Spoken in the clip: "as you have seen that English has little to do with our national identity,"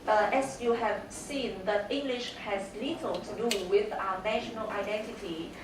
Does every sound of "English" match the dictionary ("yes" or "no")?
yes